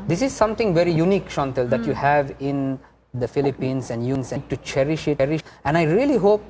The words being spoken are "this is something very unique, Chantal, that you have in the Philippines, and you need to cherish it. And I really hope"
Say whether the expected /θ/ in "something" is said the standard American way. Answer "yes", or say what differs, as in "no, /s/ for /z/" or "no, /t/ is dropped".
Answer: no, /t/ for /θ/